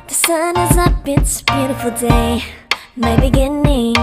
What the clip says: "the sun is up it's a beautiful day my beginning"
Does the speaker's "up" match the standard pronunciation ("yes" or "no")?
no